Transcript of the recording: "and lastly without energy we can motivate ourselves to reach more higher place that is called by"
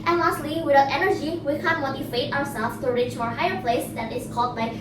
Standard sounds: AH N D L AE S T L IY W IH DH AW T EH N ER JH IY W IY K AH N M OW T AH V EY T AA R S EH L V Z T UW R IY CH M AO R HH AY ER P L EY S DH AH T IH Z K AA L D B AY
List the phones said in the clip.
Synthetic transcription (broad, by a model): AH N L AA S T L IY W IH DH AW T EH N ER JH IY W IY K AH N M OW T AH F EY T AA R S EH L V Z T UW R IY CH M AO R HH AY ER P L EY S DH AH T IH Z K AA L D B AY